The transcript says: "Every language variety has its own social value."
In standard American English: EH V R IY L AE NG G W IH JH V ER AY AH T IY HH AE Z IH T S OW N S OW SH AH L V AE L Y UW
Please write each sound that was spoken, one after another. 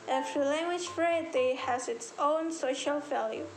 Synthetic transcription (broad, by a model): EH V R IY L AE NG G W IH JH F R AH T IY HH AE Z IH T S OW N S OW SH AH L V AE L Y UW